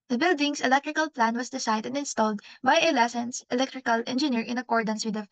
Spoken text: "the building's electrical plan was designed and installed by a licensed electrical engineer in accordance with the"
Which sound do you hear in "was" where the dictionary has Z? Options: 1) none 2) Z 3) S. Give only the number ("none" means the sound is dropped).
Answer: 3